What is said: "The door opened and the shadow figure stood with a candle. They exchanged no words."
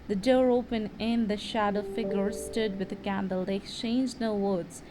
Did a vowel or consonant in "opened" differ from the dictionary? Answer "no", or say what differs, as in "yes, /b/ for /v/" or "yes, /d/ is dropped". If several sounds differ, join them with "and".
yes, /d/ is dropped